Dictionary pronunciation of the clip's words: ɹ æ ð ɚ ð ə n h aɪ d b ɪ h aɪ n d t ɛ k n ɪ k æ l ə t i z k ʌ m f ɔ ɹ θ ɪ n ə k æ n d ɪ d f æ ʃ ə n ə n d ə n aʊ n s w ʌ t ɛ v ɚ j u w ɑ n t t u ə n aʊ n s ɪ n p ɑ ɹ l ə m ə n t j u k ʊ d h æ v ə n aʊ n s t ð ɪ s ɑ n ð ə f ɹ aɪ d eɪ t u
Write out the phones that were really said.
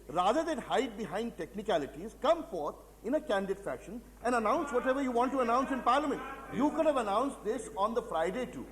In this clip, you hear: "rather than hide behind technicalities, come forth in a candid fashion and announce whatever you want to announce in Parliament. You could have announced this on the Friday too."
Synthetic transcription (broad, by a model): ɹ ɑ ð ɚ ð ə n h aɪ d b ɪ h aɪ n d t ɛ k n ɪ k æ l ə t i z k ʌ m f ɔ ɹ t ɪ n ə k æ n d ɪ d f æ ʃ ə n ə n d ə n aʊ n s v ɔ t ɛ v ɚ j u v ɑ n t t u ə n aʊ n s ɪ n p ɑ ɹ l ə m ə n t j u k ʊ d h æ v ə n aʊ n s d ɪ s ɑ n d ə f ɹ aɪ d eɪ t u